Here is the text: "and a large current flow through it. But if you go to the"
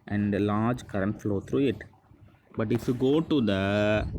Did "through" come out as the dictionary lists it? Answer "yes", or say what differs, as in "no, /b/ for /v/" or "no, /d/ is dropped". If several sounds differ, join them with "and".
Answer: no, /t/ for /θ/